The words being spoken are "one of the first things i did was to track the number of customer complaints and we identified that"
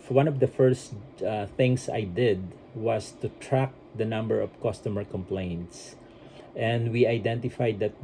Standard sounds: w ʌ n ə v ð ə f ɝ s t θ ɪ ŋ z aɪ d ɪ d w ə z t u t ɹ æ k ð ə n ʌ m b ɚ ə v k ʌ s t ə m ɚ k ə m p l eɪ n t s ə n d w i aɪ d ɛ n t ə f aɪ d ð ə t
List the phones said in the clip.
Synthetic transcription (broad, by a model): w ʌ n ə v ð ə f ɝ s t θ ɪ ŋ s aɪ d ɪ d w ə s t u t ɹ æ k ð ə n ʌ m b ɚ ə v k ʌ s t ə m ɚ k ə m p l eɪ n t s ə n d w i aɪ d ɛ n t ə f aɪ d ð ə t